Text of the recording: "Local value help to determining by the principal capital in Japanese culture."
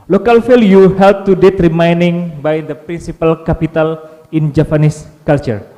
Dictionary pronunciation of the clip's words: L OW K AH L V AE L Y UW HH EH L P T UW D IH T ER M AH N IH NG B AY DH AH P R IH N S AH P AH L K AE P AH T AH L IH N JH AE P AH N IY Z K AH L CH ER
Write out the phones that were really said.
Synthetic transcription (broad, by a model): L OW K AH L F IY L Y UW HH EH L P T UW D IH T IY M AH N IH NG B AY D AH P R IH N S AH P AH L K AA P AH T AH L IH N JH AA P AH N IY S K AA L CH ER